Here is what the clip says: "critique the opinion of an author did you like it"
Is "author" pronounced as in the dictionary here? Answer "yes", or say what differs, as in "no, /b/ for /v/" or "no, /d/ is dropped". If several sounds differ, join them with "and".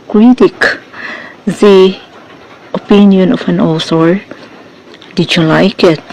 no, /s/ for /θ/